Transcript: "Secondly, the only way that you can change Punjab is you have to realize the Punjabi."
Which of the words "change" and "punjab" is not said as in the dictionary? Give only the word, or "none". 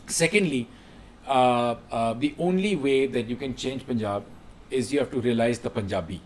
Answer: none